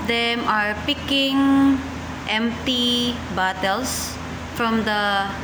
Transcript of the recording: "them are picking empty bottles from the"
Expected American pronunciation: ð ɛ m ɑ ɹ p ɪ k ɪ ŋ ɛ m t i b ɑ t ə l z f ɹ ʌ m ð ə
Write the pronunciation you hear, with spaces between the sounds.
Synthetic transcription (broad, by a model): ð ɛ m ɑ ɹ p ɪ k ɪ ŋ ɛ m t i b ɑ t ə l s f ɹ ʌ m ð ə